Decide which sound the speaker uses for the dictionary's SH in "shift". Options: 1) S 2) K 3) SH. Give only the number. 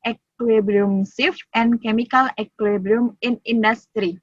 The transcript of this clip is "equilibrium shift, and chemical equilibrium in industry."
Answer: 1